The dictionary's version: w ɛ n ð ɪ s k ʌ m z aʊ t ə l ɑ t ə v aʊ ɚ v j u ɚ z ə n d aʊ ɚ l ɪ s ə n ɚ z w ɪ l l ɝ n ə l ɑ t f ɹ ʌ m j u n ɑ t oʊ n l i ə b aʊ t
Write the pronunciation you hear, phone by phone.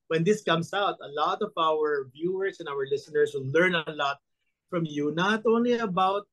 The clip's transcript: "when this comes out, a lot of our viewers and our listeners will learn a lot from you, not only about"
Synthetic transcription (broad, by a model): w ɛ n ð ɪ s k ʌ m s aʊ t ə l ɑ t ə v aʊ ɚ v j u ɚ s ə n aʊ ɚ l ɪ s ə n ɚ s w ɪ l l ɝ n ə l ɑ t f ɹ ʌ m j u n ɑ t oʊ n l i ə b aʊ t